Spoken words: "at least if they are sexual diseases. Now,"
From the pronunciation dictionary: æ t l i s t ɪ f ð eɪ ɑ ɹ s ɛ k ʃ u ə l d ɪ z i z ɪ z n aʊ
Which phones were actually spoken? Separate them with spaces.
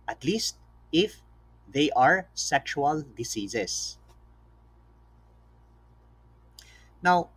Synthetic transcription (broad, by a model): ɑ t l i s t ɪ f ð eɪ ɑ ɹ s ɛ k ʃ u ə l d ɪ s i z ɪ s n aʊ